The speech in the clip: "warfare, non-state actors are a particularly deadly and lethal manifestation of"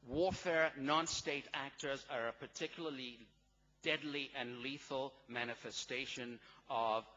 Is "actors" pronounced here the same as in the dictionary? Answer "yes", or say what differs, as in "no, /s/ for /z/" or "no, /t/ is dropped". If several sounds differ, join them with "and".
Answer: yes